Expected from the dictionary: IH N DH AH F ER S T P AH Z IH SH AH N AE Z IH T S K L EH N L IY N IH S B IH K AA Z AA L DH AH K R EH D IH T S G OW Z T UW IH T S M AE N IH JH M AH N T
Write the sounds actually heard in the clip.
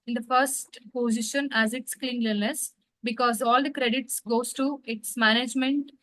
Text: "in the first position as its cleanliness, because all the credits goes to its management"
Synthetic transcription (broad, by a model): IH N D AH F ER S T P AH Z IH SH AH N AE Z IH T S K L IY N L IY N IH S B IH K AA Z AA L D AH K R EH D IH T S G OW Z T UW IH T S M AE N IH JH M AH N T